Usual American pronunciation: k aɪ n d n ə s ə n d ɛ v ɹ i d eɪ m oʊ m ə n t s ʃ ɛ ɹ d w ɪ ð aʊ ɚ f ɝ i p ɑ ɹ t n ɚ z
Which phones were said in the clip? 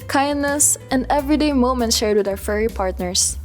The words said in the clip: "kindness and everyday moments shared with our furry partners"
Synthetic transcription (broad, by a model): k aɪ n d n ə s ə n d ɛ v ɹ i d eɪ m oʊ m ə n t ʃ ɛ ɹ d w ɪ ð aʊ ɚ f ɝ i p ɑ ɹ t n ɚ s